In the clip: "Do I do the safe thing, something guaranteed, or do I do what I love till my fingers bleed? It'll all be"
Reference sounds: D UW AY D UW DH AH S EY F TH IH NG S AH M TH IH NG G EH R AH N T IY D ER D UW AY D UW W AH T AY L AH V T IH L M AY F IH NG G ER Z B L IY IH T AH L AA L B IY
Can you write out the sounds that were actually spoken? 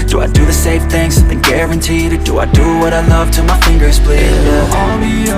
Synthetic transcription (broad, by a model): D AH AY D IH DH AH S EY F TH IH NG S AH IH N G EH R AH N T IY D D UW AY D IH W AH T AY L AH V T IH M AY F IH NG G ER Z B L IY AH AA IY